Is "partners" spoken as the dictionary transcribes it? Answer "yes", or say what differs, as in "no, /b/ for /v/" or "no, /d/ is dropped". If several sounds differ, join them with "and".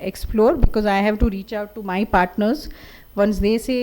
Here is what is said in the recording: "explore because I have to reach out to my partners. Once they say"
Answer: yes